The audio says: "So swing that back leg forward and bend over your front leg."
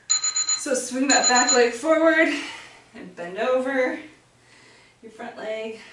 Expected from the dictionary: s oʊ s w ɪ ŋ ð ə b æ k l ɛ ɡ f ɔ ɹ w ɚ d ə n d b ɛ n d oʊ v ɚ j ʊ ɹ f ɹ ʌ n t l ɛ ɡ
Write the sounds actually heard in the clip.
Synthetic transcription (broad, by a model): s oʊ s w ɪ ŋ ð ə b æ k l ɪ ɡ f ɔ ɹ w ɚ d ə n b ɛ n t oʊ v ɚ j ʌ ɹ f ɹ ʌ n t l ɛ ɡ